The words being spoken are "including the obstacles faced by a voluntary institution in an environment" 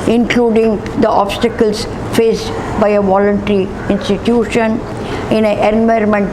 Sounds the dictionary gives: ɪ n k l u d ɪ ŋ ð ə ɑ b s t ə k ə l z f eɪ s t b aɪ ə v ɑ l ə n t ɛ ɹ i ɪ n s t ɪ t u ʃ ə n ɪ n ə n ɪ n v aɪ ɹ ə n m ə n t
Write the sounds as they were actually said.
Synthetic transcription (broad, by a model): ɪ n k l u d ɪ ŋ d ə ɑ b s t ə k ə l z f eɪ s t b aɪ ə v ɑ l ə n t ɛ ɹ i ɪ n s t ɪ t u ʃ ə n ɪ n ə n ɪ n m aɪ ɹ m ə n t